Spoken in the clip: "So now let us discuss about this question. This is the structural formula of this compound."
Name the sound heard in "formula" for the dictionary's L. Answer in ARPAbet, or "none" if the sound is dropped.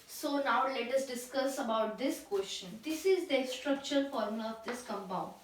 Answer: none